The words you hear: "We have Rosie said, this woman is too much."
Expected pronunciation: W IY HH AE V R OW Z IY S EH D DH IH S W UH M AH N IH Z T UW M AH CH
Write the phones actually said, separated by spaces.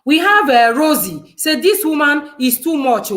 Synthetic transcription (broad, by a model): W IY HH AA V R OW Z IY S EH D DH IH S W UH M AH N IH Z T UW M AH CH